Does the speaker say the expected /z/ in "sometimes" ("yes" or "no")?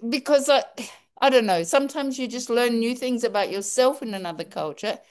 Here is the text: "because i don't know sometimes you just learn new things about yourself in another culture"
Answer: yes